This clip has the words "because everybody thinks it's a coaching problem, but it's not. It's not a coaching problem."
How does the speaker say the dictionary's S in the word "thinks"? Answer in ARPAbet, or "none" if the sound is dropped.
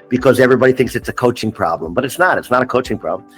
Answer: S